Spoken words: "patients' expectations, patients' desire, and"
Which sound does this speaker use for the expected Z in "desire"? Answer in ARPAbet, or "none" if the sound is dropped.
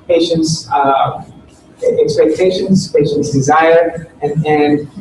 Z